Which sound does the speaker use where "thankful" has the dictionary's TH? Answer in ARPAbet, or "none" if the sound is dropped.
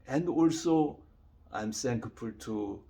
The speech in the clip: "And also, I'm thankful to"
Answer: S